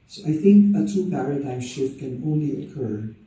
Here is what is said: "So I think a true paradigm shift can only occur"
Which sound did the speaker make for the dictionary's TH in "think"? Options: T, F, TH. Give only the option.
TH